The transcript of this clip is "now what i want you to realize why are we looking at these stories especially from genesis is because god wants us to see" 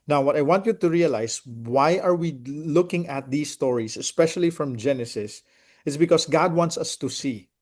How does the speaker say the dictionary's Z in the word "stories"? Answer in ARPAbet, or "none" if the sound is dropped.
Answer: S